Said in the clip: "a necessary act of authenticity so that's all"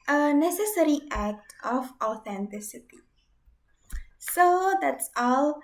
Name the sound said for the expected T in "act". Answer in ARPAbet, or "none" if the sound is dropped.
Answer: T